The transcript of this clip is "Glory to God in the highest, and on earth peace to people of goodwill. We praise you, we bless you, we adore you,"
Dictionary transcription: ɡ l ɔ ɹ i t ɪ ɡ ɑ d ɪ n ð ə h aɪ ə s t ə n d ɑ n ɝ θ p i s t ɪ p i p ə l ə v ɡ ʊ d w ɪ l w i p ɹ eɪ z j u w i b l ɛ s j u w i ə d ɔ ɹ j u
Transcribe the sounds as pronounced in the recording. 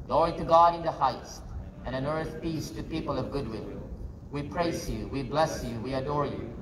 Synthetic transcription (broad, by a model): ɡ l ɔ ɹ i t ɪ ɡ ɑ d ɪ n ð ə h aɪ ə s t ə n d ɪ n ɝ θ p i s t ɪ p i p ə l ə v ɡ ʊ d w ɪ l w i p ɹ eɪ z j u w i b l ɛ s j u w i ə d ɔ ɹ j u